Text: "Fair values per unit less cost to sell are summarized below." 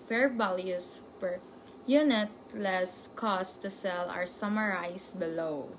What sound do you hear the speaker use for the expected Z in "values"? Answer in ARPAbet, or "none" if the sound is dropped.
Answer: S